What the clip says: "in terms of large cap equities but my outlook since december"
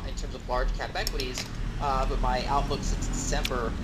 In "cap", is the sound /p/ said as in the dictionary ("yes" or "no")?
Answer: no